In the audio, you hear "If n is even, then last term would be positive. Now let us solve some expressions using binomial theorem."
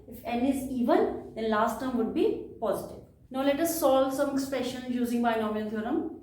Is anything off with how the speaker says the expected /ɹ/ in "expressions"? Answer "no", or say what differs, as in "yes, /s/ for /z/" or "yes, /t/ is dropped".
no